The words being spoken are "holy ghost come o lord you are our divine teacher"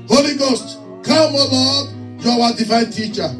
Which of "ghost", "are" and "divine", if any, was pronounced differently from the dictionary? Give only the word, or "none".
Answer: are